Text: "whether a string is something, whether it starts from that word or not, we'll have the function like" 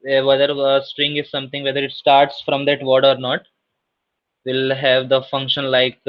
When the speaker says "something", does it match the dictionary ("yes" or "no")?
no